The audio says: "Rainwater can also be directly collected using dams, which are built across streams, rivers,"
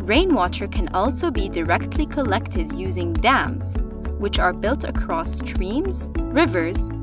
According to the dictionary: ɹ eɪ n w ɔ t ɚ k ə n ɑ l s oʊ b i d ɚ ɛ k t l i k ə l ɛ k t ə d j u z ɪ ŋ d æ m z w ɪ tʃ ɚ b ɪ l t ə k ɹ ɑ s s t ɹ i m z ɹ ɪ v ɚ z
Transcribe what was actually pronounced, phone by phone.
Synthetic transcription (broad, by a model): ɹ eɪ n w ɔ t ɚ k ə n ɑ l s oʊ b i d ɚ ɛ k t l i k ə l ɛ k t ə d j u z ɪ ŋ d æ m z w ɪ tʃ ɚ b ɪ l t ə k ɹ ɑ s s t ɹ i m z ɹ ɪ v ɚ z